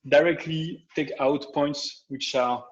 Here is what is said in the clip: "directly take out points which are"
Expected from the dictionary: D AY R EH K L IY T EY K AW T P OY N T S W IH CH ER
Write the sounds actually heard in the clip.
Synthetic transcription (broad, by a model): D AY R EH K L IY T EY K AW T P OY N T S W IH CH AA